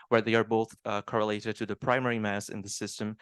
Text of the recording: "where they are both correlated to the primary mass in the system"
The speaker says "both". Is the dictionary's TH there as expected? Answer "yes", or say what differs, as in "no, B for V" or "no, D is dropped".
yes